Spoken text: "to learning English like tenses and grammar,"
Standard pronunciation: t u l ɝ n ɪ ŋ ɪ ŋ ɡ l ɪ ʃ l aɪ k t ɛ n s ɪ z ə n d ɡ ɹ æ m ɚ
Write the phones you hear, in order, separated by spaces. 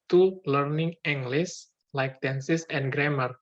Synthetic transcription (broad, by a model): t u l ɝ n ɪ ŋ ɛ ŋ ɡ l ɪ s l aɪ k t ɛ n s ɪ s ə n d ɡ ɹ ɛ m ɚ